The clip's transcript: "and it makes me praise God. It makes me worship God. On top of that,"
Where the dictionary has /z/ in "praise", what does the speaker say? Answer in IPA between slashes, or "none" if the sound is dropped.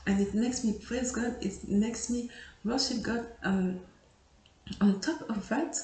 /z/